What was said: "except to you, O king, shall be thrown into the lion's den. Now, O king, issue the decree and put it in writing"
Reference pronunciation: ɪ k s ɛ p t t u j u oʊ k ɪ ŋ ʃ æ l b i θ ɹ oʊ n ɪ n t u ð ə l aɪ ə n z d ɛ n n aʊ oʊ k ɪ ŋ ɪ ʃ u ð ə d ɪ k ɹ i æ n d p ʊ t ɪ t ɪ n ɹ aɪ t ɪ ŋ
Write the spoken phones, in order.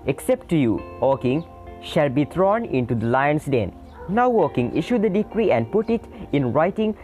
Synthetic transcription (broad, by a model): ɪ k s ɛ p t t u j u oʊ k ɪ ŋ ʃ æ l b i t ɹ oʊ n ɪ n t u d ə l aɪ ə n s d ɛ n n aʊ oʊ k ɪ ŋ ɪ ʃ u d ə d ɪ k ɹ i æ n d p ʊ t ɪ t ɪ n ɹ aɪ t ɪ ŋ